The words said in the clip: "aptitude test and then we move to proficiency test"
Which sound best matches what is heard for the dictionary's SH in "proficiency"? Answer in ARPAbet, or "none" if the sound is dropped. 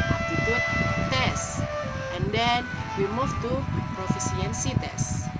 S